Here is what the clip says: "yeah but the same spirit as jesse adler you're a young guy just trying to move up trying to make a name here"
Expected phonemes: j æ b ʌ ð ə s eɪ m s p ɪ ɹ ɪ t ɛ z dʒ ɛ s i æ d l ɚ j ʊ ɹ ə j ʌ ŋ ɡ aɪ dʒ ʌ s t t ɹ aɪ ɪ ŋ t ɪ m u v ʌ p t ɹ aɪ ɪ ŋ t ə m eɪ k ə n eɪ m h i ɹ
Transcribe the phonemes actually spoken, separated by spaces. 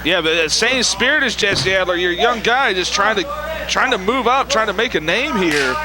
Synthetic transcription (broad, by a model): j æ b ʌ ð ə s eɪ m s p ɪ ɹ ɪ t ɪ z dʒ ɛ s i æ d l ɚ j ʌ ɹ j ʌ ŋ ɡ aɪ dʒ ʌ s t t ɹ aɪ ɪ ŋ t ɪ m u v ʌ p t ɹ aɪ ɪ ŋ t ə m eɪ k ə n eɪ m h i ɹ